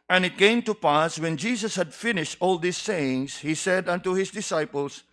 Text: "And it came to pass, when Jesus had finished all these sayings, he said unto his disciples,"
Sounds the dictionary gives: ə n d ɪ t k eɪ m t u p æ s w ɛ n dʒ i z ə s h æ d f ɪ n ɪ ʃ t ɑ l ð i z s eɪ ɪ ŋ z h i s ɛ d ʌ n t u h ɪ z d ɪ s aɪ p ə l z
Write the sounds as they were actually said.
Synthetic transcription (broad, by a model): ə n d ɪ t k eɪ m t u p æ s w ɛ n dʒ i s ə s h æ d f ɪ n ɪ ʃ t ɑ l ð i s eɪ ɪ ŋ s h i s ɛ d ʌ n t u h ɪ s d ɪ s aɪ p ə l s